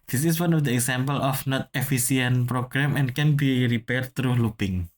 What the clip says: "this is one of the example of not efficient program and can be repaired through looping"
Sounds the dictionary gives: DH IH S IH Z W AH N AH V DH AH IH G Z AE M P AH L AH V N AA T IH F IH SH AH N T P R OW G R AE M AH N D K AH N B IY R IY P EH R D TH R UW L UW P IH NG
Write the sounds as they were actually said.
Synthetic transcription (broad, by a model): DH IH S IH S W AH N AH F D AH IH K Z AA M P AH L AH F N AA T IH F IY S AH N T P R OW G R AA M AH N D K AH N B IY R IY P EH R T R UW L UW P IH NG